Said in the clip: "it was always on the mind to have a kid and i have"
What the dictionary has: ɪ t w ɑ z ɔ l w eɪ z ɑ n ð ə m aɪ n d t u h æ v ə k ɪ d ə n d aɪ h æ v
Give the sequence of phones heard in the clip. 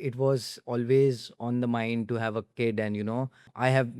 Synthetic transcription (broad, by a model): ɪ t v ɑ z ɔ l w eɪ z ɑ n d ə m aɪ n d t u h æ v ə k ɪ d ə n d aɪ h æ v